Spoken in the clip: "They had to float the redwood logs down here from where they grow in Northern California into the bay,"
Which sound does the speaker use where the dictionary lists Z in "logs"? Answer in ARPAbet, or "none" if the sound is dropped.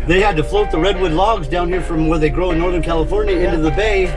Z